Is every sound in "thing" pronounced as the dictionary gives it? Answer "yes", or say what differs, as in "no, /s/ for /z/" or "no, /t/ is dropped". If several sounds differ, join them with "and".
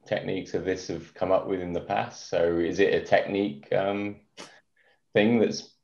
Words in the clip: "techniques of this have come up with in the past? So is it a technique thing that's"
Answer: yes